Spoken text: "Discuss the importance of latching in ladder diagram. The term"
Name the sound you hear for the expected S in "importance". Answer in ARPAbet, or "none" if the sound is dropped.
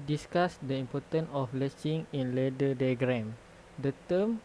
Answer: none